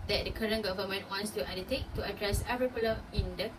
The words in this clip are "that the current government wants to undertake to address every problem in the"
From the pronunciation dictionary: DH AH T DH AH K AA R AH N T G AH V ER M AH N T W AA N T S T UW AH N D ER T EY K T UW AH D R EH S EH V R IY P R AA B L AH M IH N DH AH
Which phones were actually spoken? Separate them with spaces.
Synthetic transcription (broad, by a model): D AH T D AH K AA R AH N G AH V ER M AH N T W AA N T S T UW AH N D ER T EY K T UW AH D R EH S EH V R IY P AA L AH IH N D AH